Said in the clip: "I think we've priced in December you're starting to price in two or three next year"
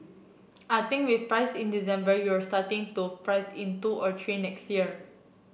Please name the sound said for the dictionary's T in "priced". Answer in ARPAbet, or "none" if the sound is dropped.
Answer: none